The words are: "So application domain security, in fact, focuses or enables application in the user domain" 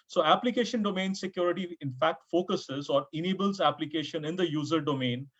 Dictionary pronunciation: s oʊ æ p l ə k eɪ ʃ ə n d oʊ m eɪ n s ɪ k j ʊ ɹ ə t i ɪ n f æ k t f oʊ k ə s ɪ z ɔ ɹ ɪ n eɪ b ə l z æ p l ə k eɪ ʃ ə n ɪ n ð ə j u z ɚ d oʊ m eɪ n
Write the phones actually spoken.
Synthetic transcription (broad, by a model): s oʊ æ p l ə k eɪ ʃ ə n d oʊ m eɪ n s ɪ k j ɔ ɹ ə t i ɪ n f æ k t f oʊ k ə s ɪ z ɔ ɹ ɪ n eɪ b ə l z æ p l ə k eɪ ʃ ə n ɪ n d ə j u z ɚ d oʊ m eɪ n